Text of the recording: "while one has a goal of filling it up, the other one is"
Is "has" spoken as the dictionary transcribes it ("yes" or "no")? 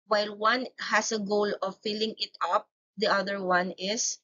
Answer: no